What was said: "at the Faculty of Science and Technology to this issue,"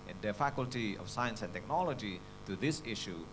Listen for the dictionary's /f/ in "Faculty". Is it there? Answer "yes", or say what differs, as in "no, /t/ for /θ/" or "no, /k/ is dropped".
yes